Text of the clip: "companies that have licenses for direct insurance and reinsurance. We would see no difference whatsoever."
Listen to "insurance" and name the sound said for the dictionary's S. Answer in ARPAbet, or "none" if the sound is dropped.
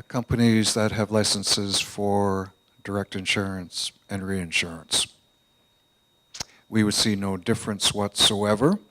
S